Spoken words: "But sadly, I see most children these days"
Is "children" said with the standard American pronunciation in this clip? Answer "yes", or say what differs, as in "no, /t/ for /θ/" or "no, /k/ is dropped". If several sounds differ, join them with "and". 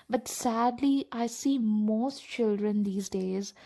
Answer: yes